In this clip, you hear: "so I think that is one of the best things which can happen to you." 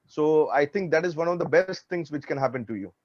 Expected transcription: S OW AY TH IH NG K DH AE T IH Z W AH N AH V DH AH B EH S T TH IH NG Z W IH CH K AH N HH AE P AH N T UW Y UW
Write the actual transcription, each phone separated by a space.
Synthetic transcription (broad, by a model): S OW AY T IH NG K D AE T IH Z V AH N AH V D AH B EH S T T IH NG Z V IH CH K AH N HH AE P AH N T UW Y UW